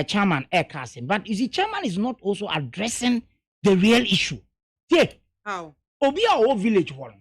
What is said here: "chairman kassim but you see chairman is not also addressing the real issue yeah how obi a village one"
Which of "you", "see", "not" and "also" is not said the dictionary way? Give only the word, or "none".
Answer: none